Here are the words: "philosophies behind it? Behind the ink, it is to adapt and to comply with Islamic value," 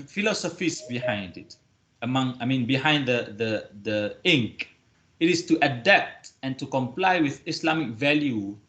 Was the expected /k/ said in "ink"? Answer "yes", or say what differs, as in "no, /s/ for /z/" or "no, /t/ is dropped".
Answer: yes